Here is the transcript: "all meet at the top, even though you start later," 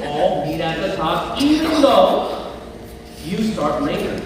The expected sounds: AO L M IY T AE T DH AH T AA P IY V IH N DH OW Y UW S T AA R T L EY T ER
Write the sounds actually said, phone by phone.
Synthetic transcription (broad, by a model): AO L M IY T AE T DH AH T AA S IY IH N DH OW Y UW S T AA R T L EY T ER